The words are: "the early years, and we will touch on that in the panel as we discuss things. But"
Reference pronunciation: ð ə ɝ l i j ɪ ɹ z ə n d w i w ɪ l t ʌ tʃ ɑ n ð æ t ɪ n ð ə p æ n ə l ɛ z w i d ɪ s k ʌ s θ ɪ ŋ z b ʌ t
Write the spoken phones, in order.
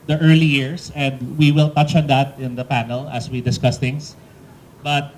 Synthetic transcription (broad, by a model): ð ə ɝ l i j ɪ ɹ s ə n d w i w ɪ l t ʌ tʃ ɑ n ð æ t ɪ n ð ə p æ n ə l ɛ s w i d ɪ s k ʌ s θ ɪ ŋ s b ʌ t